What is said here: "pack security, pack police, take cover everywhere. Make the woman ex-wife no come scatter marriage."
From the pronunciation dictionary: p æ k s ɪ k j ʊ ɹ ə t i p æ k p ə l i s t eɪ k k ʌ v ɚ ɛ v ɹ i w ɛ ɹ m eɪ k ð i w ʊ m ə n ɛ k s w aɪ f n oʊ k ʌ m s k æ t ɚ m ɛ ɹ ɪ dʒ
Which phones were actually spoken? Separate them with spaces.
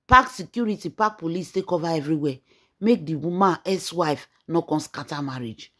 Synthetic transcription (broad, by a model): p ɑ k s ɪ k j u ɹ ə t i p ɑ k p ə l i s t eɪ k k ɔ v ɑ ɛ v ɹ i w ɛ m eɪ k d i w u m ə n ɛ s w aɪ f n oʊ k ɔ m s k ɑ t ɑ m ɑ ɹ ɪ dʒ